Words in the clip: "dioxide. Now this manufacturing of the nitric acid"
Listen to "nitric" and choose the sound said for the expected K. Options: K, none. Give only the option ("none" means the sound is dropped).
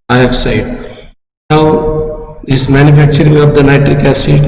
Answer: K